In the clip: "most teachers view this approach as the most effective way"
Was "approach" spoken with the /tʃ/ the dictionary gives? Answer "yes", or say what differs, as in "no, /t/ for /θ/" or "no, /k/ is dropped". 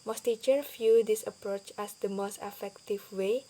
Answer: yes